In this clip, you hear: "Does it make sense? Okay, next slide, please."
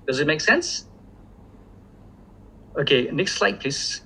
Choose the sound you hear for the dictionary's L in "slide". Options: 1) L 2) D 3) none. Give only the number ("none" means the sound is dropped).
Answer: 1